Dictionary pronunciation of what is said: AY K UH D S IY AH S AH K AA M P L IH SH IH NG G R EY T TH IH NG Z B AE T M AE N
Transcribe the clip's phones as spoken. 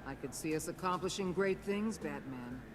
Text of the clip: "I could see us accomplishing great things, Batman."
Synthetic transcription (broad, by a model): AY K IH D S IY AH S AH K AA M P L IH SH IH NG G R EY T TH IH NG Z B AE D M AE N